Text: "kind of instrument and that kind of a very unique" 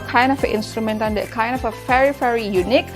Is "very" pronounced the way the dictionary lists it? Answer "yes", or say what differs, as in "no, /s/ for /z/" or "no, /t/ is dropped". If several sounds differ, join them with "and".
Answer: no, /f/ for /v/